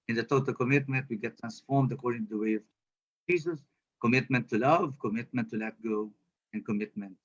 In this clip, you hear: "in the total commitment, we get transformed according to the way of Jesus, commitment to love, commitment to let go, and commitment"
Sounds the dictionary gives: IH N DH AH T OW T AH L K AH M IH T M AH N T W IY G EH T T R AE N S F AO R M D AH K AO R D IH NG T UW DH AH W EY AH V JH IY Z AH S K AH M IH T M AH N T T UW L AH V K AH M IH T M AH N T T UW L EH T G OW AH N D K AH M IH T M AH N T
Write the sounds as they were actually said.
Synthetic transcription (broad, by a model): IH N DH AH T OW T AH L K AH M IH T M AH N T W IY G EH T T R AE N S F AO R M D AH K AO R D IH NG T UW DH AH W EY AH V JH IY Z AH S K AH M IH T M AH N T T UW L AH V K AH M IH T M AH N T T UW L EH T G OW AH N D K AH M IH T M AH N T